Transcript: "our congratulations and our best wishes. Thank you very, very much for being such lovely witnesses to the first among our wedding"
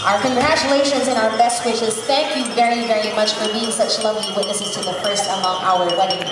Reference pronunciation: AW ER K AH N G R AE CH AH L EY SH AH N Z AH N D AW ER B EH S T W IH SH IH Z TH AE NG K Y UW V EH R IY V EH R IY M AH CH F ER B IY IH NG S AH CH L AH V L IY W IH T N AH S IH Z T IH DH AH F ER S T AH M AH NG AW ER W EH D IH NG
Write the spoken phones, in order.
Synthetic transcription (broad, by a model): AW ER K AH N G R AE CH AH L EY SH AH N Z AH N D AW ER B EH S T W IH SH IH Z TH AE NG K Y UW V EH R IY V EH R IY M AH CH F ER B IY IH NG S AH CH L AH V L IY W IH T N AH S IH Z T IH DH AH F ER S T AH M AH NG AW ER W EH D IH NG